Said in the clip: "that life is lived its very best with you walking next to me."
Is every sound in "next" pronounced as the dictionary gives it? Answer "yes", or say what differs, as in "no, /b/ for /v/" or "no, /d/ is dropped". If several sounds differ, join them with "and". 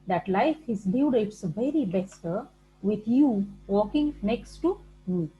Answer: yes